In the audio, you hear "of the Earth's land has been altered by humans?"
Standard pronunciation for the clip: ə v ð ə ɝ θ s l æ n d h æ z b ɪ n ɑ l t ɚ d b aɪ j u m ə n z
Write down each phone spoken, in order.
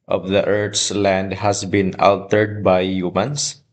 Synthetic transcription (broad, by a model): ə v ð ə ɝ t s l æ n d h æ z b ɪ n ɑ l t ɚ d b aɪ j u m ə n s